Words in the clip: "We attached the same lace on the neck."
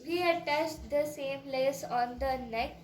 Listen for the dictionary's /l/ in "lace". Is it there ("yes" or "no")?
yes